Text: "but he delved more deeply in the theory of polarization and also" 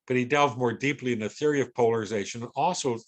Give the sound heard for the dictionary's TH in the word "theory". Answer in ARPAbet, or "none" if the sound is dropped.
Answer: TH